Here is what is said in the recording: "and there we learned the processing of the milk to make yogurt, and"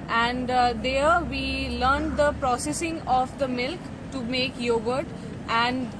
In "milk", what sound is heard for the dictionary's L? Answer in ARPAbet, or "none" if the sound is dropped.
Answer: L